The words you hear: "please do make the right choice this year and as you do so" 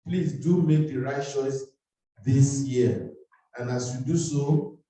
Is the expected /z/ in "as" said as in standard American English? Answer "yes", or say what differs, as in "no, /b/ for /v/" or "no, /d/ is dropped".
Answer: no, /s/ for /z/